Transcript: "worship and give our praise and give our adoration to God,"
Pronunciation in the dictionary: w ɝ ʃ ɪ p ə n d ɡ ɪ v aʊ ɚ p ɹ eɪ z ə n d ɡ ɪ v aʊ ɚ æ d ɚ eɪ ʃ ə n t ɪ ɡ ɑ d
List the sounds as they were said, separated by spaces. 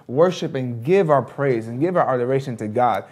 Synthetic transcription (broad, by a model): w ɝ ʃ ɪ p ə n ɡ ɪ v aʊ ɚ p ɹ eɪ z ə n ɡ ɪ v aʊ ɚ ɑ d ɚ eɪ ʃ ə n t ɪ ɡ ɑ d